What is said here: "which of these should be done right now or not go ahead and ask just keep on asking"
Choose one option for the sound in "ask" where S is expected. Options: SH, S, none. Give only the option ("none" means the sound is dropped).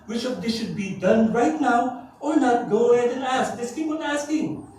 S